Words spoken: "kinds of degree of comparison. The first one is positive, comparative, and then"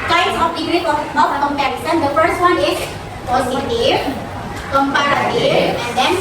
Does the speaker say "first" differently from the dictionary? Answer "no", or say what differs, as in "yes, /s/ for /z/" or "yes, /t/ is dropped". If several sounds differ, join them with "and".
no